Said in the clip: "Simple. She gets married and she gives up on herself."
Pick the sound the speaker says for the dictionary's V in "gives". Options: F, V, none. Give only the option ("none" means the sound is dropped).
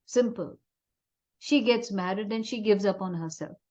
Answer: V